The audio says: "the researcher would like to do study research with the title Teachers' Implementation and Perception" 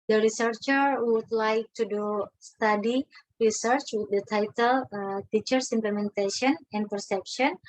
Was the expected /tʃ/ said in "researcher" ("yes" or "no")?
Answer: yes